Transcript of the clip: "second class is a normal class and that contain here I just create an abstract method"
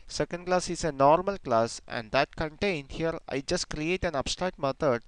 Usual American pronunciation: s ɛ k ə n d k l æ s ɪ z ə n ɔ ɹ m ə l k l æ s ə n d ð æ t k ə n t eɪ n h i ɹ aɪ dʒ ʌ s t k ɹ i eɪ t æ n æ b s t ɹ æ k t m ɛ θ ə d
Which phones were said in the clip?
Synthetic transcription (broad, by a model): s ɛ k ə n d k l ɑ s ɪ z ə n ɔ ɹ m ə l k l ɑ s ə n d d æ t k ə n t eɪ n h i ɹ aɪ dʒ ʌ s t k ɹ i eɪ t æ n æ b s t ɹ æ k t m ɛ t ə d